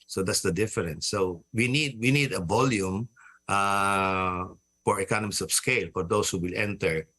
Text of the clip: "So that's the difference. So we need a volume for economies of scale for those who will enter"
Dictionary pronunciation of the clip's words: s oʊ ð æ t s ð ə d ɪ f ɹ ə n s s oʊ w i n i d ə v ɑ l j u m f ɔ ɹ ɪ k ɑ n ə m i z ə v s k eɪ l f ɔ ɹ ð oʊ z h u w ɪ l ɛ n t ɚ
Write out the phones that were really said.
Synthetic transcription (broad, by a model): s oʊ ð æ t s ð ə d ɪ f ɹ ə n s s oʊ w i n i d ə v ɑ l j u m f ɔ ɹ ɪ k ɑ n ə m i s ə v s k eɪ l f ɔ ɹ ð oʊ s h u w ɪ l ɛ n t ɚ